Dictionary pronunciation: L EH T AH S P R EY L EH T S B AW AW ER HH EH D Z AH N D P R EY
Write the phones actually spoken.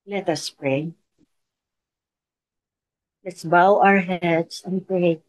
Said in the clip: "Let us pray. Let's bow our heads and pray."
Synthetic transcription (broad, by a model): L EH T AH S P R EY L EH T S B AW AW ER HH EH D S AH N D P R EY